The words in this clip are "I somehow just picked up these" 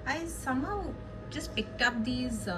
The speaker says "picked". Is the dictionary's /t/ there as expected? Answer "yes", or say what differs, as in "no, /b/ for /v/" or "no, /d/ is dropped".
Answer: no, /t/ is dropped